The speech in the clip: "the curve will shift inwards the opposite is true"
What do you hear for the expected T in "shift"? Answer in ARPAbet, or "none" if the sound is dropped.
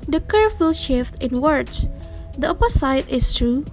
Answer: T